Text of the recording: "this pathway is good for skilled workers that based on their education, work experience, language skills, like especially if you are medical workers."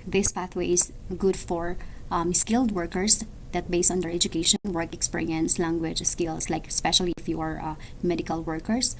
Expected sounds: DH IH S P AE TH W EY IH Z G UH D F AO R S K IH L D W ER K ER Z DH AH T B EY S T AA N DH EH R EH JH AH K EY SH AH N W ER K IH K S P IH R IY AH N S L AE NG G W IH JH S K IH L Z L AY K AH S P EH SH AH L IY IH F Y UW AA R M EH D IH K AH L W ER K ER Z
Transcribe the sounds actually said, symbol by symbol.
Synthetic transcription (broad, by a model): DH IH S P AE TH W EY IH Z G UH D F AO R S K IH L D W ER K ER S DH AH T B EY S T AA N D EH R EH JH AH K EY SH AH N W ER K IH K S P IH R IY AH N S L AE NG G W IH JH S K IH L S L AY K AH S P EH SH AH L IY IH F Y UW AA R M EH D IH K AH L W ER K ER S